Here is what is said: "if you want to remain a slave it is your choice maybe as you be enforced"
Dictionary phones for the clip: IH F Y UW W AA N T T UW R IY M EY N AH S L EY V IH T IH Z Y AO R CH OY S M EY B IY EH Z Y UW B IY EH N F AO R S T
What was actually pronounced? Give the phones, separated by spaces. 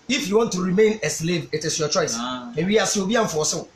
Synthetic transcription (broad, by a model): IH F Y UW W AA N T T UW R IY M EY N AH S L EY V IH T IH S Y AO CH OY S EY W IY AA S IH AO B IY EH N F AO S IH